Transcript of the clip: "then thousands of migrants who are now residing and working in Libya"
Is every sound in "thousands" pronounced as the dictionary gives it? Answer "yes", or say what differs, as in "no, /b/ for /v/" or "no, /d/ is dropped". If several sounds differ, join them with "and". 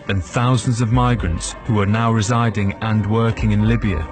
yes